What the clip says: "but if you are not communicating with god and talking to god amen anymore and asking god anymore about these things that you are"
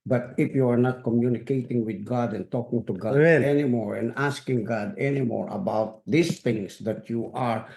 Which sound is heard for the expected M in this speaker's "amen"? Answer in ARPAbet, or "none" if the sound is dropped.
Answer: none